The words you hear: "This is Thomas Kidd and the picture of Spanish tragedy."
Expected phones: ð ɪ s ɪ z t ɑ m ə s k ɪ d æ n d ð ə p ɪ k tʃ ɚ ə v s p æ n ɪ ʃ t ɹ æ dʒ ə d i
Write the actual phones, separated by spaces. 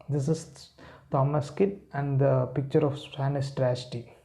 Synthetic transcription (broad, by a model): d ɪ s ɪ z t ɑ m ə s k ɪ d æ n d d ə p ɪ k tʃ ɚ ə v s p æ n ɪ s t ɹ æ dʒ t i